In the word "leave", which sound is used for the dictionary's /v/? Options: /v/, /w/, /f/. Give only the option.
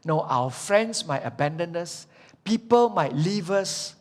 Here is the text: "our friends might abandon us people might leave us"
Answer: /v/